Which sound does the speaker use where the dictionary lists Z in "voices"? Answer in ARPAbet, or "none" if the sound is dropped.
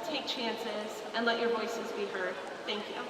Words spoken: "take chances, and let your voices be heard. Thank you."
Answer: Z